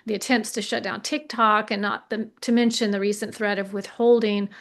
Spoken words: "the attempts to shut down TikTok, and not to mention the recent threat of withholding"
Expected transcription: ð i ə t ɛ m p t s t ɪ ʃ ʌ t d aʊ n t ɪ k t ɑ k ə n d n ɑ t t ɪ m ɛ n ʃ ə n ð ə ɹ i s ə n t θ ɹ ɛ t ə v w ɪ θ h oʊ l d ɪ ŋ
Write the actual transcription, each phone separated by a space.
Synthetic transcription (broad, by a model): ð i ə t ɛ m p t s t ɪ ʃ ʌ t d aʊ n t ɪ k t ɑ k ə n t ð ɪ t t ɪ m ɛ n ʃ ə n ð ə ɹ i s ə n θ ɹ ɛ t ə v w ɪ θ h oʊ l d ɪ ŋ